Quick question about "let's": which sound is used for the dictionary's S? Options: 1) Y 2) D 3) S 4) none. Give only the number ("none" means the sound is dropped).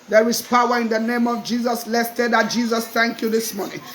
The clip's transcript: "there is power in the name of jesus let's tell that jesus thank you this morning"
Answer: 3